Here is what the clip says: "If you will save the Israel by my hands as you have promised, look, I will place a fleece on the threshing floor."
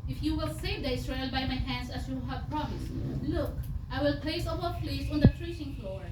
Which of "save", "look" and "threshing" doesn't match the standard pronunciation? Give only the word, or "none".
threshing